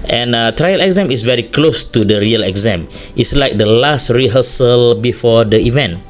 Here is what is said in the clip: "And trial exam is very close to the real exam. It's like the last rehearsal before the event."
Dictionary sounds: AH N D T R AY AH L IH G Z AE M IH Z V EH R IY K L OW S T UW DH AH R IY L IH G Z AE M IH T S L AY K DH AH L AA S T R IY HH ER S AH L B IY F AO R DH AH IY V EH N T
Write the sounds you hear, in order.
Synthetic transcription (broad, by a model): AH N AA T R AY AH L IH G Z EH M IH S V EH R IY K L OW S T UW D AH R IY L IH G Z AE M IH T S L AY K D AH L AA S T R IY HH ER S AH L B IY F AO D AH IY V EH N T